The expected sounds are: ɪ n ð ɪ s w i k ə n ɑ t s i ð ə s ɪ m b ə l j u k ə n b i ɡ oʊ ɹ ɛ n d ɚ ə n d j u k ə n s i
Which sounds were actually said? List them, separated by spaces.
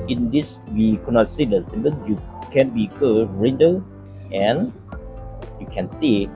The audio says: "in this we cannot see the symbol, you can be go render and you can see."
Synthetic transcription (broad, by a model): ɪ n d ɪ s w i k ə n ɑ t s i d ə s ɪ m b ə n j u k ə n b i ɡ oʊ ɹ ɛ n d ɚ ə n j u k ə n s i